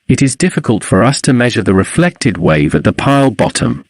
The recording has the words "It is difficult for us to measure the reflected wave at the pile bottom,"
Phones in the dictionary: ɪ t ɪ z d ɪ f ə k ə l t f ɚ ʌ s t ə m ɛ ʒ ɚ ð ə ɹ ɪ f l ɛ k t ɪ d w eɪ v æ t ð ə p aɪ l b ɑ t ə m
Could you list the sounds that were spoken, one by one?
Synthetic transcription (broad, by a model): ɪ t ɪ z d ɪ f ə k ə l t f ɚ ʌ s t ə m ɛ ʒ ɚ ð ə ɹ ɪ f l ɛ k t ɪ d w eɪ v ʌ t ð ə p aɪ l b ɑ t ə m